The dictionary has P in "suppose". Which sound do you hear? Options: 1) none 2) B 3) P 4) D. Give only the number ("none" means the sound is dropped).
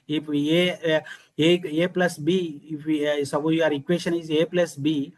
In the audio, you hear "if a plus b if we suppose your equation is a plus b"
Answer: 2